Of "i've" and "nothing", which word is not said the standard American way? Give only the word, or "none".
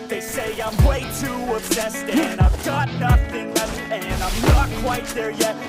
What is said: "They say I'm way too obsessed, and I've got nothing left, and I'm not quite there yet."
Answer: none